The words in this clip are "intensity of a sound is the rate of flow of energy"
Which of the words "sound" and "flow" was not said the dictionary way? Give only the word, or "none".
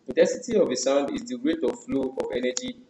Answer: none